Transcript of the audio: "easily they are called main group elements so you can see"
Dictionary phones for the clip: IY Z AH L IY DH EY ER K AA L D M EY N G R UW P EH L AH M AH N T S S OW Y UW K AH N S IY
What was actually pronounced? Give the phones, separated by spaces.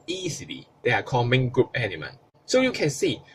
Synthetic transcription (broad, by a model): IY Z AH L IY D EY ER K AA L M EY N G R UW P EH N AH M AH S S OW Y UW K AH N S IY